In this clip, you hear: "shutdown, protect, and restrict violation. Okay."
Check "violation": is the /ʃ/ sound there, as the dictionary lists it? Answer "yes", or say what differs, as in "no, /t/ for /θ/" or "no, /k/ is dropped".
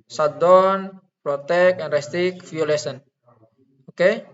no, /s/ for /ʃ/